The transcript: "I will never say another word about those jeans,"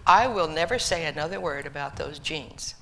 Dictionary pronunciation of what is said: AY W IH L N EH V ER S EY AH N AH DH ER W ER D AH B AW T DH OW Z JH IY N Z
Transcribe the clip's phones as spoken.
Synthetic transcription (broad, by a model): AY W IH L N EH V ER S EY AH N AH DH ER W ER D AH B AW T DH OW Z JH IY N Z